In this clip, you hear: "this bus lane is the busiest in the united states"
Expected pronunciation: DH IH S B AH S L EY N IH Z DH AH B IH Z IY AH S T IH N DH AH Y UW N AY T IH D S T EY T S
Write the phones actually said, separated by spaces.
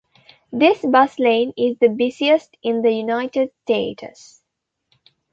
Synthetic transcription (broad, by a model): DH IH S B AH S L EY N IH Z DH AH B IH S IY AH S T IH N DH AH Y UW N AY T IH D S T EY T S